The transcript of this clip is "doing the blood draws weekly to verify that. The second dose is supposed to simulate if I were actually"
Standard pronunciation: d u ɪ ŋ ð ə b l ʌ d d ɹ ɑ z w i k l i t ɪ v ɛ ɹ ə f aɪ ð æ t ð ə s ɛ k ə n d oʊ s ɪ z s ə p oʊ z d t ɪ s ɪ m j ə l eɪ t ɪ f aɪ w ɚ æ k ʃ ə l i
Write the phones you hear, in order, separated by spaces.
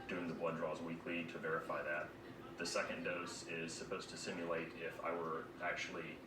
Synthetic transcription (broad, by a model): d u ɪ ŋ ð ə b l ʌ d d ɹ ɑ z w i k l i t ɪ v ɛ ɹ ə f aɪ ð æ t ð ə s ɛ k ə n d oʊ s ɪ z s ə p oʊ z t ɪ s ɪ m j ə l eɪ t ɪ f aɪ w ɚ æ k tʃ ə l i